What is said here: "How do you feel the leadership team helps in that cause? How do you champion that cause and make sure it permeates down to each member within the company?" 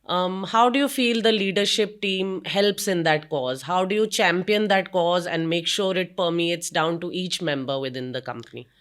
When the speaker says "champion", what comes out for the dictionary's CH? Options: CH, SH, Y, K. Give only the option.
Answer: CH